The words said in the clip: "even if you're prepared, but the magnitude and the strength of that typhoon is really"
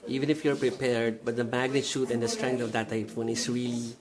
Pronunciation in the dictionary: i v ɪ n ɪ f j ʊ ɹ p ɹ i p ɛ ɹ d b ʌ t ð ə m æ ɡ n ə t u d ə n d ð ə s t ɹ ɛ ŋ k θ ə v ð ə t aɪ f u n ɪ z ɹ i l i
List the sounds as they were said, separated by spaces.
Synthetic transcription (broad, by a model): i v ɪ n ɪ f j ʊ ɹ p ɹ i p ɛ ɹ d b ʌ t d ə m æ ɡ n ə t u d ə n d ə s t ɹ ɛ ŋ k t ə v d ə t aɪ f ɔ n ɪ s ɹ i l i